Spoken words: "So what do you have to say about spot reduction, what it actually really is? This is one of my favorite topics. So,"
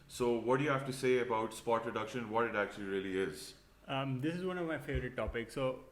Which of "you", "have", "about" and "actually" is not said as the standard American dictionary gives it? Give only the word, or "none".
have